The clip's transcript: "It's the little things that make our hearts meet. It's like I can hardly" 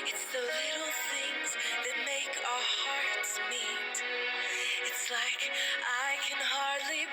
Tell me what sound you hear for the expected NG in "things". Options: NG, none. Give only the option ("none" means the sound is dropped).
NG